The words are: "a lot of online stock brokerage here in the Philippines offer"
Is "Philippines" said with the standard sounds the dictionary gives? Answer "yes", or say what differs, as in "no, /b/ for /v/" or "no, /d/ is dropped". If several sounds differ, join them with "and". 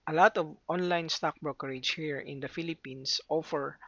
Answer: no, /s/ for /z/